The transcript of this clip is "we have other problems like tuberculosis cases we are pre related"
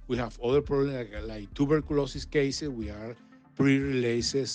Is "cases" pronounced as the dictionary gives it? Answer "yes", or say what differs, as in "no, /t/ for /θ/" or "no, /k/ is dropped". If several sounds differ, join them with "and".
no, /s/ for /z/